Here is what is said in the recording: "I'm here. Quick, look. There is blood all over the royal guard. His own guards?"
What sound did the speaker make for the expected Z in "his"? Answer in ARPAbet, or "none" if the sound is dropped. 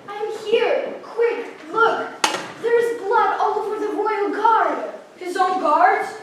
Z